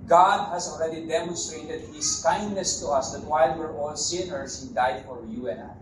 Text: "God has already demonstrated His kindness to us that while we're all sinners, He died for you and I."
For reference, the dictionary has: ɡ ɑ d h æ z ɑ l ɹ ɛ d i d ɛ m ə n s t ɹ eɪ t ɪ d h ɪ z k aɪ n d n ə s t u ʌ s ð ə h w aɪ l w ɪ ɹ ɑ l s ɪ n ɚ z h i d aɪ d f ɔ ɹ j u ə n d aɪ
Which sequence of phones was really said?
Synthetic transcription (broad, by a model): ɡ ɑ d h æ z ɑ l ɹ ɛ d i d ɛ m ə n s t ɹ eɪ t ɪ d h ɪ s k aɪ n d n ə s t u ʌ s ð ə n w aɪ l w ɪ ɹ ɑ l s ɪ n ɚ s h i d aɪ d f ɔ ɹ j u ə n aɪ